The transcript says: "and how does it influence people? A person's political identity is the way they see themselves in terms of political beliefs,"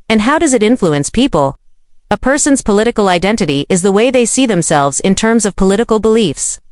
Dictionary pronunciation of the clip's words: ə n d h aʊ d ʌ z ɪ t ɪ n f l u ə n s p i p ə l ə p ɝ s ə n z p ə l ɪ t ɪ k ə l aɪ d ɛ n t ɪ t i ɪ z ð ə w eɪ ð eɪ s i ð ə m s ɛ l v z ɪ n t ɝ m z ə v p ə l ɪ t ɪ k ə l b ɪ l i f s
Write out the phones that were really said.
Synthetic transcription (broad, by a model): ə n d h aʊ d ʌ z ɪ t ɪ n f l u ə n s p i p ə l ə p ɝ s ə n z p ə l ɪ t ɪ k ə l aɪ d ɛ n t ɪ t i ɪ z ð ə w eɪ ð eɪ s i ð ə m s ɛ l v z ɪ n t ɝ m z ə v p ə l ɪ t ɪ k l b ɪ l i f s